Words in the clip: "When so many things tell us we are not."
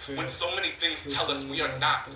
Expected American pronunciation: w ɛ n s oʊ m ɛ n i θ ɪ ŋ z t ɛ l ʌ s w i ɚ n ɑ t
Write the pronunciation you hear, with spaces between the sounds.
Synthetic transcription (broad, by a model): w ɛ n s oʊ m ɛ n i θ ɪ ŋ z t ɛ l ʌ s w i ɚ n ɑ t